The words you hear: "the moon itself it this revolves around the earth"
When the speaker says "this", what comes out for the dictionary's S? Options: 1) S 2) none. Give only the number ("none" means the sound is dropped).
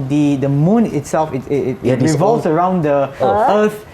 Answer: 2